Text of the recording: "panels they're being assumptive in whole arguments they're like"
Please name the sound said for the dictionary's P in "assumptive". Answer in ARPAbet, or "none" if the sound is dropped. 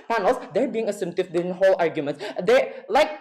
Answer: none